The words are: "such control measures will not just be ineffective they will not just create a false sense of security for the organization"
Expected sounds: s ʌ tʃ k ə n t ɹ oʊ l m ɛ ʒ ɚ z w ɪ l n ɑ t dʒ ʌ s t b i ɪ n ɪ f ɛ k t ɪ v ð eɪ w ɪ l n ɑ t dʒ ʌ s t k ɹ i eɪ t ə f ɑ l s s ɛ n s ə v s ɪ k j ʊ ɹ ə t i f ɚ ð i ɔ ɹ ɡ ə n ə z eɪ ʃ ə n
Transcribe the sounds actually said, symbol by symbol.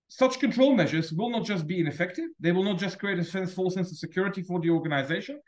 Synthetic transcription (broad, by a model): s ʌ tʃ k ə n t ɹ oʊ l m ɛ ʒ ɚ z w ɪ l n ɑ t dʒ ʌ s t b i ɪ n ɪ f ɛ k t ɪ v ð eɪ w ɪ l n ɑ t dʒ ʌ s k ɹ i eɪ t ə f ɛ n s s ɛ n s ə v s ɪ k j ʊ ɹ ə t i f ɚ ð i ɔ ɹ ɡ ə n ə z eɪ ʃ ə n